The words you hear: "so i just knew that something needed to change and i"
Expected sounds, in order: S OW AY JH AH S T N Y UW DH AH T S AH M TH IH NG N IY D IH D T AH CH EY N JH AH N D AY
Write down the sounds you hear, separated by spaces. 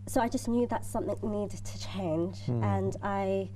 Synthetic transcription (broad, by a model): S OW AY JH AH S N Y UW DH AH T S AH M TH IH NG N IY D D T AH CH EY N JH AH N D AY